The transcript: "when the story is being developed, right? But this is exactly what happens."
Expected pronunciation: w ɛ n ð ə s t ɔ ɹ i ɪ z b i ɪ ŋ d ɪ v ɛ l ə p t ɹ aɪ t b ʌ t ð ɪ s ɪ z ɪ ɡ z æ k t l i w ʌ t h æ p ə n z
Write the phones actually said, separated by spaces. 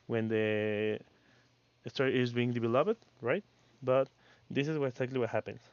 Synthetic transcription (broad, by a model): w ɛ n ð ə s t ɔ ɹ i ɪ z b i ɪ ŋ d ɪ b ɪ l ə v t ɹ aɪ t b ʌ t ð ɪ s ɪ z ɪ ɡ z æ k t l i w ʌ t h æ p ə n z